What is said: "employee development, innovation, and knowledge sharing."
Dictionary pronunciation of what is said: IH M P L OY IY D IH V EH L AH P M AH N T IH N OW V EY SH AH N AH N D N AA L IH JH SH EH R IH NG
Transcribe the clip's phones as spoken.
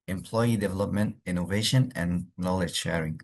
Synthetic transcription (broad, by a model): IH M P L OY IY D IH V EH L AH P M AH N T IH N OW V EY SH AH N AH N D N AA L IH JH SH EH R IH NG